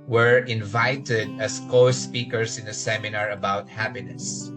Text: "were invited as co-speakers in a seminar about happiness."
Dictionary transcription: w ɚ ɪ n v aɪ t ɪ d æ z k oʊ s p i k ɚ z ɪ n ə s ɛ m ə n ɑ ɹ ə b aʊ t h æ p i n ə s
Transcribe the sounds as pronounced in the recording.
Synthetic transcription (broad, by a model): w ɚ ɪ n v aɪ t ɪ d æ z k oʊ s p i k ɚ s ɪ n ə s ɛ m ə n ɑ ɹ ə b aʊ t h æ p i n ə s